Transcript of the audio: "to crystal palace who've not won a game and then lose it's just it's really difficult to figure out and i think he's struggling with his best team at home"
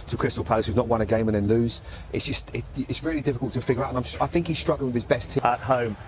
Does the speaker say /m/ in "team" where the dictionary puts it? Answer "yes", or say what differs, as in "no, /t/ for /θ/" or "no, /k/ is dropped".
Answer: no, /m/ is dropped